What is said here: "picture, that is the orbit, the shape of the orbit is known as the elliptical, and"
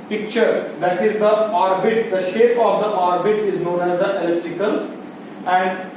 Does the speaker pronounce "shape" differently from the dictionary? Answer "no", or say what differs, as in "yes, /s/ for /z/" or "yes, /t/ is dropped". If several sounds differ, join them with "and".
no